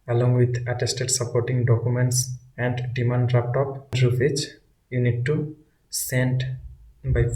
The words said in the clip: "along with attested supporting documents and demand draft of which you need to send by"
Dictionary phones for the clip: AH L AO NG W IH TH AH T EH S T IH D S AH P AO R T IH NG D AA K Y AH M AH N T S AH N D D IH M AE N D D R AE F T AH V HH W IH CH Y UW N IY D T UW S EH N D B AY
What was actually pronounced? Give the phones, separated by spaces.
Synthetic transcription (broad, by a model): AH L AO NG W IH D AH T EH S T IH D S AH P AO R T IH NG D AA K Y AH M AH N T S AH N D D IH M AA N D D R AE P T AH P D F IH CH Y UW N IY D T UW S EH N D B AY